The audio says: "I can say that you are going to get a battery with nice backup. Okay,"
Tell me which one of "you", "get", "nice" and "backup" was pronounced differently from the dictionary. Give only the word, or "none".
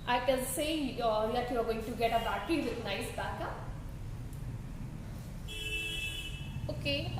backup